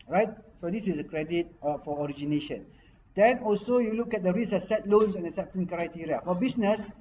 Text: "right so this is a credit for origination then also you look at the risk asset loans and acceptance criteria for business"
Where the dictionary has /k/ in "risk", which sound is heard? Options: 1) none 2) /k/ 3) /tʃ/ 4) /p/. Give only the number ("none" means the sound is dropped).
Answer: 1